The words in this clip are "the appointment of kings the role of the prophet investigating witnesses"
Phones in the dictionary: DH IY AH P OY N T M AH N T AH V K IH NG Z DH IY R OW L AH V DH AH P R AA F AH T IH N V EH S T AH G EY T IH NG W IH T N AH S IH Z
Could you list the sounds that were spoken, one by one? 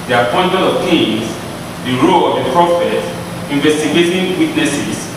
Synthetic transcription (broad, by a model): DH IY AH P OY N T AH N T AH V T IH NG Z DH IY R OW L AH V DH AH P R AA F AH T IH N V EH S T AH G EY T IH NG W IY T N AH S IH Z